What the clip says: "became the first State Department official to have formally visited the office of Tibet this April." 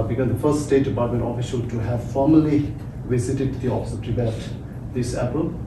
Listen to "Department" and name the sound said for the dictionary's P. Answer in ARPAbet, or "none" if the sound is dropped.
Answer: none